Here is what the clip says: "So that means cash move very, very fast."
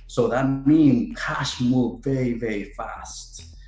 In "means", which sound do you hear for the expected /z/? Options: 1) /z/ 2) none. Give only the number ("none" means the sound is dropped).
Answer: 2